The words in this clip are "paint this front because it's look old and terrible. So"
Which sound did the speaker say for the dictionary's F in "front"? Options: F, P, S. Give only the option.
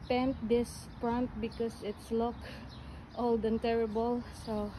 P